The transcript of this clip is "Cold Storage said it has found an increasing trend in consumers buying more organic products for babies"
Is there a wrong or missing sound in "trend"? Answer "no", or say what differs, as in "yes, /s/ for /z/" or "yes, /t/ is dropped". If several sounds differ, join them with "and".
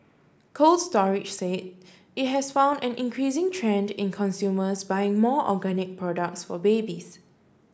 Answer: no